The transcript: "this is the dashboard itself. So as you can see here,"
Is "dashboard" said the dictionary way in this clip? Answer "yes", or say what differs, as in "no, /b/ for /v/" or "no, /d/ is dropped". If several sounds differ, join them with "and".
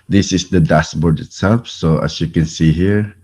no, /s/ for /ʃ/